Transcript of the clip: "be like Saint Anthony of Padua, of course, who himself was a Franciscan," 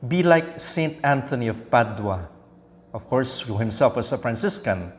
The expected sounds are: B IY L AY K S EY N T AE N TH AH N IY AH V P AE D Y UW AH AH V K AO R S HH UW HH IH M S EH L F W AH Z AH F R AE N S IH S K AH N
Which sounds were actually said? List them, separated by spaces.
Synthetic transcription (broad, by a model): B IY L AY K S EY N T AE N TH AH N IY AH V P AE D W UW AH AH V K AO R S HH UW HH IH M S EH L F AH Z AH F R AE N S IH S K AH N